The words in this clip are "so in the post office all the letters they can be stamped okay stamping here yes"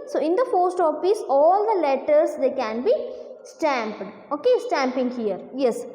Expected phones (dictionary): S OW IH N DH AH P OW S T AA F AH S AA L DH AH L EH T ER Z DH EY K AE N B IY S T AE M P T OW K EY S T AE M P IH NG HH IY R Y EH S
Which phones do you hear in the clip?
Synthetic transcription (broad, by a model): S OW IH N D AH F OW S T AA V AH S AA L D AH L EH T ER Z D EY K AE N B IY S T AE M P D OW K EY S T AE M P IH NG HH IY R Y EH S